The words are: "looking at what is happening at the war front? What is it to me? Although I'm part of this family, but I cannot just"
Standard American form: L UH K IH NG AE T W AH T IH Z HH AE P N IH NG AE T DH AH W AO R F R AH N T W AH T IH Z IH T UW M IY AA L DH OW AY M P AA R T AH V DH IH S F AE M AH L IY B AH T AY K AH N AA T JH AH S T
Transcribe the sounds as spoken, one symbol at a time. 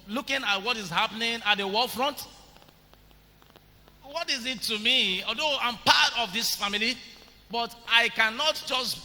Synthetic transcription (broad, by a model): L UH K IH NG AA T W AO T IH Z HH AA P N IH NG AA T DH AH W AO L F R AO N T W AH T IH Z IH T UW M IY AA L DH OW AY M P AA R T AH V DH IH S F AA M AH L IY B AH T AY K AH N AA T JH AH S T